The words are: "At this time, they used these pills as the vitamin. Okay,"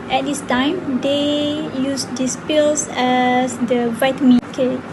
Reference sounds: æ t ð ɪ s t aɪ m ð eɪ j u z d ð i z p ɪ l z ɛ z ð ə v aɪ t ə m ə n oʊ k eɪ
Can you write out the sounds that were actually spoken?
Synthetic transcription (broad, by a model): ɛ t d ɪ s t aɪ m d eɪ j u s d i s p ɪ l s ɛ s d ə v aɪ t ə m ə oʊ k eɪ